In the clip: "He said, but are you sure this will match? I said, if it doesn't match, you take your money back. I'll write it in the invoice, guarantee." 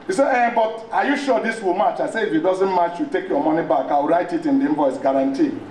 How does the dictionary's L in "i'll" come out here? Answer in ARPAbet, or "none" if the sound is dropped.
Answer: W